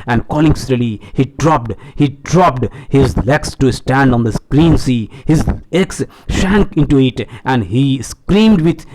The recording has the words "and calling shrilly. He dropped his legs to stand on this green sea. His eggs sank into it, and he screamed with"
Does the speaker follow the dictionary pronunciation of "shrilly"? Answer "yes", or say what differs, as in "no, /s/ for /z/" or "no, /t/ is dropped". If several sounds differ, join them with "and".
no, /s/ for /ʃ/